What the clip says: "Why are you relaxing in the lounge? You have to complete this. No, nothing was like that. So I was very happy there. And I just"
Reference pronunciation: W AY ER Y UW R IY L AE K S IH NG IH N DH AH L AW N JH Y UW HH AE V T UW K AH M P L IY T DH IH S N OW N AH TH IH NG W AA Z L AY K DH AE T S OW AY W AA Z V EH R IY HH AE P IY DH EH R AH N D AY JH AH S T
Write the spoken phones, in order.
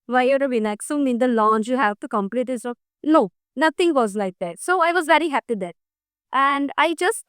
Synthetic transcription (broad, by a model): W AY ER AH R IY N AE K S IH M IH N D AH L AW N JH Y UW HH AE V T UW K AH M P L IY T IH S N OW N AH T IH NG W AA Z L AY K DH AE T S OW AY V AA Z V EH R IY HH AE P IY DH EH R AH N D AY JH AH S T